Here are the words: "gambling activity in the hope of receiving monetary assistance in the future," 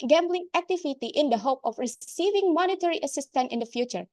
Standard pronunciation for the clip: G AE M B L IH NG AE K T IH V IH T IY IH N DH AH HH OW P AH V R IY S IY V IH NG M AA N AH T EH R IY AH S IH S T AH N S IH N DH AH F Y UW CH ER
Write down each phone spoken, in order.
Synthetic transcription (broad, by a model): G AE M B L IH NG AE K T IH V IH T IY IH N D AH HH OW P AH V R IY S IY V IH NG M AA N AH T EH R IY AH S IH S T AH N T IH N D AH F Y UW CH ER